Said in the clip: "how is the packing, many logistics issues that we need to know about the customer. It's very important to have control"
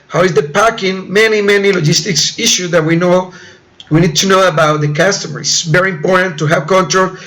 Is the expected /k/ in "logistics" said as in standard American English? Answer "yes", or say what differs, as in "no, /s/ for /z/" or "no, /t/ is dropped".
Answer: yes